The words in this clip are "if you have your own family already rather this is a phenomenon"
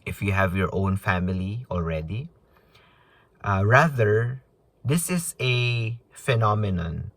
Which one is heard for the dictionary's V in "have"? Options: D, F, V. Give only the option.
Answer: V